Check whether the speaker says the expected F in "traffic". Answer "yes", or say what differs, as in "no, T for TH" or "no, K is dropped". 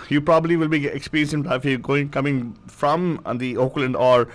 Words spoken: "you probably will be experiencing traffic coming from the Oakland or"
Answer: no, F is dropped